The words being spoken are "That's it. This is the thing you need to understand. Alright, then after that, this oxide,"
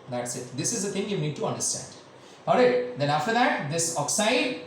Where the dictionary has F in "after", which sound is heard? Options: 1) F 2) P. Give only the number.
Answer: 1